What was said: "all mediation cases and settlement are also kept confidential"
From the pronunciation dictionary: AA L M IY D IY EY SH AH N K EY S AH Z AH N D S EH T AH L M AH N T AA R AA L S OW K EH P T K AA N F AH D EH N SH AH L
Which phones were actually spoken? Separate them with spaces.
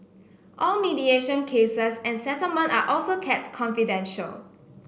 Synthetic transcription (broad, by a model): AA L M IY D IY EY SH AH N K EY S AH S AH N S EH T AH L M AH N T AA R AA L S OW K EH T K AA N F AH D EH N SH AH L